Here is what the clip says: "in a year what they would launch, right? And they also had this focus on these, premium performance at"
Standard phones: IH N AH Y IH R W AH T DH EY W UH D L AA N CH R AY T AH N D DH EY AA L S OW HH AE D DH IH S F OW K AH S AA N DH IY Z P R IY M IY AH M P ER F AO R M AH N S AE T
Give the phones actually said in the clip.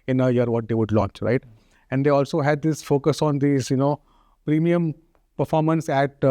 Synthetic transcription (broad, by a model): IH N AH Y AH R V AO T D EY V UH D L AA N CH R AY T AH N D EY AA L S OW HH AE D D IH S F OW K AH S AA N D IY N P R IY M IY AH M P ER F AO R M AH N S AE T